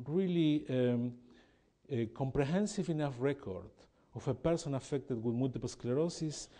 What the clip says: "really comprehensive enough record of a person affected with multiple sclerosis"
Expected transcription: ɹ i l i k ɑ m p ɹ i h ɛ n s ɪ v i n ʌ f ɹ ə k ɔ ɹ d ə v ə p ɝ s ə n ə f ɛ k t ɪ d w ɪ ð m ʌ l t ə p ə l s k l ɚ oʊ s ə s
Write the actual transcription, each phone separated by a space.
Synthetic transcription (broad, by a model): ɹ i l i k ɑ m p ɹ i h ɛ n s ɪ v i n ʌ f ɹ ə k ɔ ɹ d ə f ə p ɝ s ə n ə f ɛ k t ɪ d w ɪ ð m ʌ l t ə p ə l s k l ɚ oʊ s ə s